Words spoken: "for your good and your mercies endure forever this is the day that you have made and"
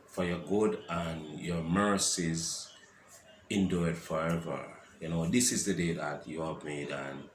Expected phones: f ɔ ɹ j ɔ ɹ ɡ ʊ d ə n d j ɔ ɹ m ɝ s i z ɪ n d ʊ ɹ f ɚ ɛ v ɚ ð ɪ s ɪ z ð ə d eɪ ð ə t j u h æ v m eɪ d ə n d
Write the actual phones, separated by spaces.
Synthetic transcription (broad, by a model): f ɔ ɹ j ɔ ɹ ɡ ʊ d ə n j ɔ ɹ m ɝ s i z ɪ n d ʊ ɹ f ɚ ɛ v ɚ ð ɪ s ɪ z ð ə d eɪ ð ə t j u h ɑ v m eɪ d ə n